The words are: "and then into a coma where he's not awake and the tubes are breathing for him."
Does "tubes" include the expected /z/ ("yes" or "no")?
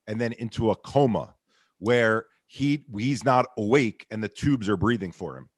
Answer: yes